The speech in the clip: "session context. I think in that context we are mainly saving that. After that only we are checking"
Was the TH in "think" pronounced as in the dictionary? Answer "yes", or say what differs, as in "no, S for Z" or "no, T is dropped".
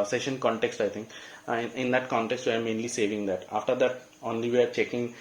no, T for TH